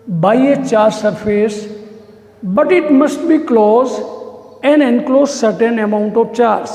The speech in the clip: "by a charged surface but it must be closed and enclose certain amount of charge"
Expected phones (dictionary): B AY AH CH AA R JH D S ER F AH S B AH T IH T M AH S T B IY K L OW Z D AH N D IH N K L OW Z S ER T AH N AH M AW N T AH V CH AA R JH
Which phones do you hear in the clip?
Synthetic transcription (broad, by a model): B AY AH CH AA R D S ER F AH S B AH T IH T M AH S T B IY K L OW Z AH N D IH N K L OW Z S ER T AH N AH M AW N T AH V CH AA R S